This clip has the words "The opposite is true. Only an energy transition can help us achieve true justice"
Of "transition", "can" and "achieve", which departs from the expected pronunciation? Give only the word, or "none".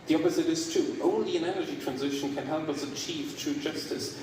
none